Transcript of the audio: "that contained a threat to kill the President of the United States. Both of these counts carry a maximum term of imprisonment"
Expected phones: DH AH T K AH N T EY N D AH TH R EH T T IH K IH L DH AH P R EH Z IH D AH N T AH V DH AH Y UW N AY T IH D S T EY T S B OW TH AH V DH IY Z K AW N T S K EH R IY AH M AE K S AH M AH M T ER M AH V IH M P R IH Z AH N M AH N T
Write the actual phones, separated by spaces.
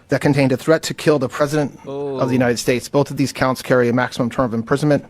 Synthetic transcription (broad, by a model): DH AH T K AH N T EY N D AH TH R EH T T IH K IH L DH AH P R EH Z IH D AH N T AH V DH AH Y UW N AY T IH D S T EY T S B OW TH AH V DH IY Z K AW N T S K EH R IY AH M AE K S AH M AH M T ER M AH V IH M P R IH Z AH N M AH N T